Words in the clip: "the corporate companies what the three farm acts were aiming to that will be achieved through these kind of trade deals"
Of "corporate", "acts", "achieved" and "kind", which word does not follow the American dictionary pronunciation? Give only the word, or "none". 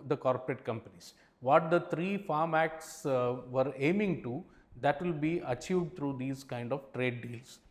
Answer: none